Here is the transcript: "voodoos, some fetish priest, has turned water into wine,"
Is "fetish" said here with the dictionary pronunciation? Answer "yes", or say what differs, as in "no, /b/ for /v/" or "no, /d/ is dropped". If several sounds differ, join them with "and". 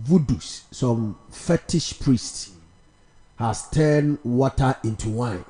yes